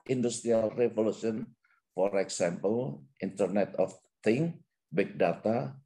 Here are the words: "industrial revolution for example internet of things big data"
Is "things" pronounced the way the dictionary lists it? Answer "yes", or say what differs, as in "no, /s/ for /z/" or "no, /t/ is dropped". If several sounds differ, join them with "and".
no, /z/ is dropped